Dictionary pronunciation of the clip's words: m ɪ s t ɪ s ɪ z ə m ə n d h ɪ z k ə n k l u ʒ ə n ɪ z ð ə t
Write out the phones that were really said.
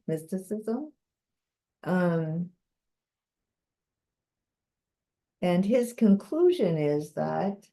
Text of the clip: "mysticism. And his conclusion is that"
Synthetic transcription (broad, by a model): m ɪ s t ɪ s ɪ z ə m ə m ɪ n ɪ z k ə n k l u ʒ ə n ɪ z ð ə t